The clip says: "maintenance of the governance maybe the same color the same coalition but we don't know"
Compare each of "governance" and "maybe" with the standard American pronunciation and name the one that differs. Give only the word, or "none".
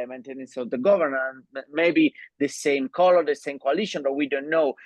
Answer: governance